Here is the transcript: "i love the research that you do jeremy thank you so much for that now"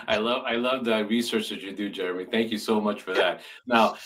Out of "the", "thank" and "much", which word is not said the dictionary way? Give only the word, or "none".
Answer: none